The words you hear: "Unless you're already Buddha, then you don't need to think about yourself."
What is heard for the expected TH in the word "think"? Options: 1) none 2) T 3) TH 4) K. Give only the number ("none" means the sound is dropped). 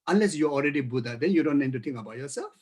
2